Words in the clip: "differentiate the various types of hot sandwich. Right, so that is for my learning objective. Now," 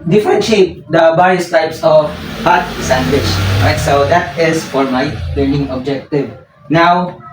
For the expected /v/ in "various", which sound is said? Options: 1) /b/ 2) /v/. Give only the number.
1